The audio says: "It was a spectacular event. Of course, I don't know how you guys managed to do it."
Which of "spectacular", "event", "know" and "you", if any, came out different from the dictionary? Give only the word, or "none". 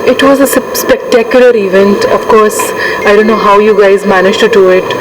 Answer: none